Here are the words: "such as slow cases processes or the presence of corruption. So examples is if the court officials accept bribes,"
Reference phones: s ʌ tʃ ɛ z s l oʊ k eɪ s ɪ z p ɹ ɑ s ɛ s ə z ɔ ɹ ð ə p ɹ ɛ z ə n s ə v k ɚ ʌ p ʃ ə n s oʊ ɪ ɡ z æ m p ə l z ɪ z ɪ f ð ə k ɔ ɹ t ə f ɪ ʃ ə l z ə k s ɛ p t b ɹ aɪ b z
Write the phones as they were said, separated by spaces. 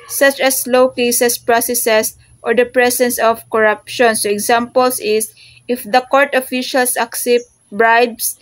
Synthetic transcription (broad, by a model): s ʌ tʃ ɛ s l oʊ k eɪ s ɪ s p ɹ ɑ s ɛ s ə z ɔ ɹ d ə p ɹ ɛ s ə n s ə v k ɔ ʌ p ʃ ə n s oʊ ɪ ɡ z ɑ m p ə l s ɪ s ɪ f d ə k ɔ ɹ t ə f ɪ ʃ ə l s ə k s ɛ p t b ɹ aɪ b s